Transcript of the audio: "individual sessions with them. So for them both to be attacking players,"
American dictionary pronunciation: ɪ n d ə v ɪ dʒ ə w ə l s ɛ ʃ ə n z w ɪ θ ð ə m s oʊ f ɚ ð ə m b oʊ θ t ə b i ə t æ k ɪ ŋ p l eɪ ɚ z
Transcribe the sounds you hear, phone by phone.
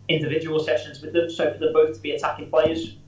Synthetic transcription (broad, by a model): ɪ n d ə v ɪ dʒ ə w ə l s ɛ ʃ ə n z w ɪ ð ə m s oʊ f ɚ ð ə b oʊ θ t ə b i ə t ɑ k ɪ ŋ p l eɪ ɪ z